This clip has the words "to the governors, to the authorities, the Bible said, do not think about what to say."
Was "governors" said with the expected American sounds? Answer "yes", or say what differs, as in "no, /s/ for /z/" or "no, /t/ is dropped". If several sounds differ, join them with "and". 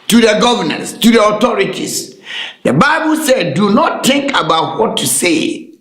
no, /s/ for /z/